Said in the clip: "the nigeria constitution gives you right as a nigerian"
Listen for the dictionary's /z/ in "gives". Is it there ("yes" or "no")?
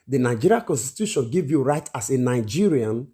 no